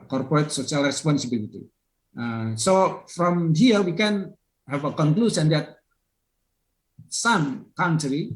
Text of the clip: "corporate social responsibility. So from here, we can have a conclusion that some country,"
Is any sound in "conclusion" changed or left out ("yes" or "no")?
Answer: yes